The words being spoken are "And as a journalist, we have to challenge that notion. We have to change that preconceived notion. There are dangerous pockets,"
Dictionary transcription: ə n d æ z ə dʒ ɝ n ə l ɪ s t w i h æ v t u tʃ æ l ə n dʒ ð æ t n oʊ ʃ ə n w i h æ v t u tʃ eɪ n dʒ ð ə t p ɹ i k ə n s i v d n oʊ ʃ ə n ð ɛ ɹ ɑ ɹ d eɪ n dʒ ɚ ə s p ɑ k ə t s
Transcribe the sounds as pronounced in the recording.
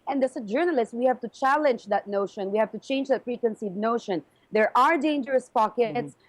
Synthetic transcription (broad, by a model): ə n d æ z ə dʒ ɝ n ə l ɪ s t w i h æ v t u tʃ æ l ə n dʒ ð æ t n oʊ ʃ ə n w i h æ v t u tʃ eɪ n dʒ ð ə t f ɹ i k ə n s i d n oʊ ʃ ə n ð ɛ ɹ ɑ ɹ d eɪ n dʒ ɚ ə s p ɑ k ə t s